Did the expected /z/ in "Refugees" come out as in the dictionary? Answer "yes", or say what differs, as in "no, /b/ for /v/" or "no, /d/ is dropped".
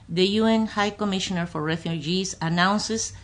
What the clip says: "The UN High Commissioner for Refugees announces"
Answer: no, /s/ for /z/